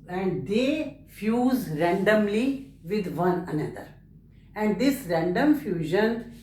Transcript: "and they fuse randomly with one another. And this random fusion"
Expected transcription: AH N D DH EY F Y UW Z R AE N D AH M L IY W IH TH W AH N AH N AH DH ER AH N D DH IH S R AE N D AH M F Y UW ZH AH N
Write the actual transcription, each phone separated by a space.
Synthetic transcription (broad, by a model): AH N D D EY F Y UW Z R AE N D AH M L IY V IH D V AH N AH N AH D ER AH N D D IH S R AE N D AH M F Y UW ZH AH N